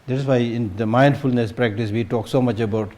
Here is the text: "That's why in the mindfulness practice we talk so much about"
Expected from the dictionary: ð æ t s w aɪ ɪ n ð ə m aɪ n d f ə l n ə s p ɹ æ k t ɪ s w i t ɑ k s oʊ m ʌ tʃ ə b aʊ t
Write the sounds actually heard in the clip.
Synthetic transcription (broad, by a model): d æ t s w aɪ ɪ n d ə m aɪ n d f ə l n ə s p ɹ æ k t ɪ s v i t ɑ k s oʊ m ʌ tʃ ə b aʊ t